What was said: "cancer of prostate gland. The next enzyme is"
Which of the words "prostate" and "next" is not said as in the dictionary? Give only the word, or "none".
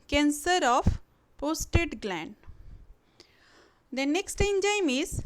prostate